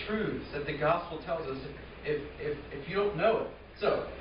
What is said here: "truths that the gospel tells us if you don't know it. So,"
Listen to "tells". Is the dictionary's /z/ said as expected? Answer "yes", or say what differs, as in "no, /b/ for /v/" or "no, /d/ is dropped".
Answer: yes